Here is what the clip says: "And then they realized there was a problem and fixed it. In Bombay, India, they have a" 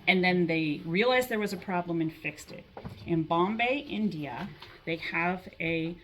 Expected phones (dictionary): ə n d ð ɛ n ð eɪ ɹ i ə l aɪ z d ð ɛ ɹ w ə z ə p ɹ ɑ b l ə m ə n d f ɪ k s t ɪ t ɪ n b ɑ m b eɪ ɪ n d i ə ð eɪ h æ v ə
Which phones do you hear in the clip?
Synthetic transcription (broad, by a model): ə n ð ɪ n ð eɪ ɹ i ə l aɪ z ð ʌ ɹ w ə z ə p ɹ ɑ b l ə m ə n f ɪ k s t ɪ t ɪ n b ɑ m b eɪ ɪ n d i ə ð eɪ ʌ v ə